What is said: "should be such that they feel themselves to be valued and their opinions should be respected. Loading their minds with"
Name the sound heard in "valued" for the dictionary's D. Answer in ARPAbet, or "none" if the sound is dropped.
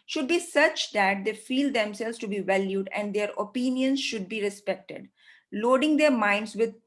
D